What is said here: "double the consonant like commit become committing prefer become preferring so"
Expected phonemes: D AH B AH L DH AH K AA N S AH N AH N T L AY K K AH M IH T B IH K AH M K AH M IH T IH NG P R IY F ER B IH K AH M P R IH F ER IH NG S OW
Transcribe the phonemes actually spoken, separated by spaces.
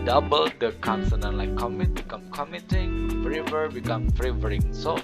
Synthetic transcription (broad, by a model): D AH B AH L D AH K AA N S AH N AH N L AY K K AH M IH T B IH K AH M K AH M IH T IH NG F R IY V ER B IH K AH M F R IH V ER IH NG S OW